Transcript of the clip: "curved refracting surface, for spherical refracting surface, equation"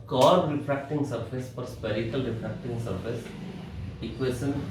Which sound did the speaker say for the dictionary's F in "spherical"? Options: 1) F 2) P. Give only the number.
2